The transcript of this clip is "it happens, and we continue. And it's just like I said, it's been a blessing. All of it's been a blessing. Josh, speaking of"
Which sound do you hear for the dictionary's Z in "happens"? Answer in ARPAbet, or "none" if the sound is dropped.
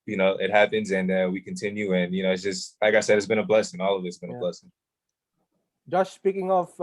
Z